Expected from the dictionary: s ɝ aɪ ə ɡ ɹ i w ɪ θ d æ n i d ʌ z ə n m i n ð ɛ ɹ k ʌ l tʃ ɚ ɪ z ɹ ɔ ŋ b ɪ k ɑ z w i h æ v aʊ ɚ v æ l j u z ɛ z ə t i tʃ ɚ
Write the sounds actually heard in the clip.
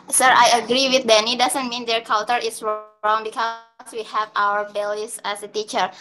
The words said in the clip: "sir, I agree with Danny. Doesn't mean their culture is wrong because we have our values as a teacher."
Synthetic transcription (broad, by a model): s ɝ aɪ ə ɡ ɹ i w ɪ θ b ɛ n i d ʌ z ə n m i n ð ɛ ɹ k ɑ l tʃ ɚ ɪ s ɹ ɔ ŋ b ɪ k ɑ s w i h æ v aʊ ɚ b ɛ l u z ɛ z ə t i tʃ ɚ